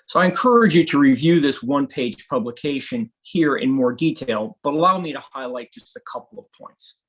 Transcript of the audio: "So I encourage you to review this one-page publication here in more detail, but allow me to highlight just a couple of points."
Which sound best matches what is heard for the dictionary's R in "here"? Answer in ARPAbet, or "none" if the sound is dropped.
R